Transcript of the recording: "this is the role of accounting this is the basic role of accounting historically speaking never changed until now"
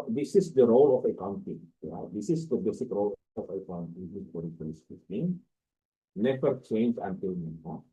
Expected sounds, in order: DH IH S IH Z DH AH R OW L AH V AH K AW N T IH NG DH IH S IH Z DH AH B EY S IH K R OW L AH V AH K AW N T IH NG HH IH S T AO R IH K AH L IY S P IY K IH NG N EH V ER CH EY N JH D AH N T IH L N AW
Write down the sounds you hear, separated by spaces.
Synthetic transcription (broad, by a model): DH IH S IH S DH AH R OW L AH F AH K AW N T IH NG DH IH S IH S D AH B EY S IH K R OW L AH F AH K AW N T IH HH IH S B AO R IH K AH IY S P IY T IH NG N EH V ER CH EY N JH AH N T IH L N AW